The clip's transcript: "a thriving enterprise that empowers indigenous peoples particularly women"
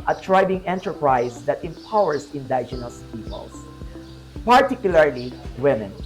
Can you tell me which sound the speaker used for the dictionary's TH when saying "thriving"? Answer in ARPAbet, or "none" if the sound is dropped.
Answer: T